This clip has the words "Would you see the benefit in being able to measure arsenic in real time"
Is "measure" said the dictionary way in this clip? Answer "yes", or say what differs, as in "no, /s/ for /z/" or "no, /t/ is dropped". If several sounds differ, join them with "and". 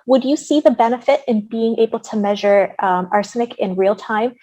yes